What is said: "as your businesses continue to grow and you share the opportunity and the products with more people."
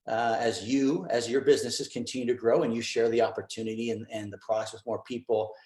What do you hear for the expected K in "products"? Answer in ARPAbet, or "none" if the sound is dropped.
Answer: none